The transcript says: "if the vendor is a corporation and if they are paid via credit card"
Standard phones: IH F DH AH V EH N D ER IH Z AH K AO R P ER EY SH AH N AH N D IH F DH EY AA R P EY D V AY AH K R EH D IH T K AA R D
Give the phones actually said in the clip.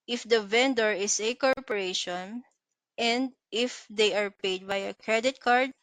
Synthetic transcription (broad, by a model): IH F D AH V EH N D ER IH S AH K AO R P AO EY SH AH N AH N D IH F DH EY AA R P EY D B AY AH K R EH D IH T K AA R D